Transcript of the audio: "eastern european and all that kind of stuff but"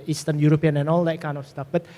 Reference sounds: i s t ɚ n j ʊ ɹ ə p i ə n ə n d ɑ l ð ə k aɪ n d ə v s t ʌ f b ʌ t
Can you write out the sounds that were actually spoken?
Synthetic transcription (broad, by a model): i s t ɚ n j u ɹ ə p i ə n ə n ɑ l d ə k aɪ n ə f s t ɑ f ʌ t